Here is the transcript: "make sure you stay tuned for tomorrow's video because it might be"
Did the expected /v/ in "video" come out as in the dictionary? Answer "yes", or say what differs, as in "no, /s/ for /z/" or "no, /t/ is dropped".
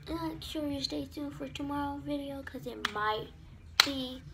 yes